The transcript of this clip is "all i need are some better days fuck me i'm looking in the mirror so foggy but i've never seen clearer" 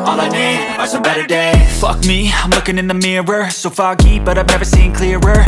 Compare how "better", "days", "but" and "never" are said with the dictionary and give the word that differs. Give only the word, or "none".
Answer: days